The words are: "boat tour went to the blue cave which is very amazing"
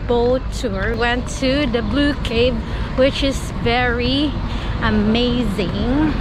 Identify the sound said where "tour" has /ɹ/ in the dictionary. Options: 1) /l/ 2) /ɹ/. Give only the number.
2